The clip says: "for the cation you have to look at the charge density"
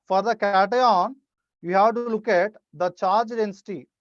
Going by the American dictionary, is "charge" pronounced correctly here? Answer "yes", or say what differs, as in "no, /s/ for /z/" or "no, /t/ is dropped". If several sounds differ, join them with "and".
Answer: yes